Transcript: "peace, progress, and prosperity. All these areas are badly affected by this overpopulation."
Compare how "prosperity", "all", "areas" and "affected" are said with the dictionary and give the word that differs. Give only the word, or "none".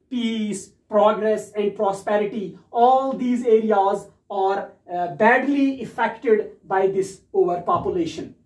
none